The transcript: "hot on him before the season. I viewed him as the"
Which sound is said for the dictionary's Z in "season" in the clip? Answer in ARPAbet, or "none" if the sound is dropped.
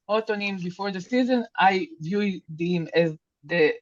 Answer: Z